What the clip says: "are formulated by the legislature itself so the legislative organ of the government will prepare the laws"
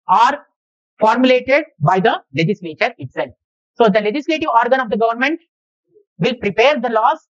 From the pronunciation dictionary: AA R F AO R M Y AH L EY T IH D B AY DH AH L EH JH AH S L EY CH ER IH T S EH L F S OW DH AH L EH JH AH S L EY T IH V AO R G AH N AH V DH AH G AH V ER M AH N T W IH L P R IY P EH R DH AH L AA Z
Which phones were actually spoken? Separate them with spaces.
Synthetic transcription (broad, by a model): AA R F AO R M Y AH L EY T IH D B AY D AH L EH JH AH S L EY CH ER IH T S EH L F S OW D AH L EH JH AH S L EY T IH V AO R G AH N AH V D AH G AH V ER M AH N T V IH L P R IY P EH R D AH L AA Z